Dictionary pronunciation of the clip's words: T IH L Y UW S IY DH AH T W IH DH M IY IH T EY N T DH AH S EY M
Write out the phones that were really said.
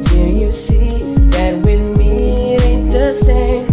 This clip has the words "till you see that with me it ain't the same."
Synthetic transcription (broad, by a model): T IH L Y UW S IY DH AH T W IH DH M IY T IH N DH AH S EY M